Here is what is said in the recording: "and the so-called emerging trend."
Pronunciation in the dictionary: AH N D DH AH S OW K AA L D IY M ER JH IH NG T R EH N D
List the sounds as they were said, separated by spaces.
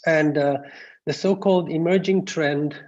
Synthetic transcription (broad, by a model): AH N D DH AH S OW K AA L D IY M ER JH IH NG T R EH N D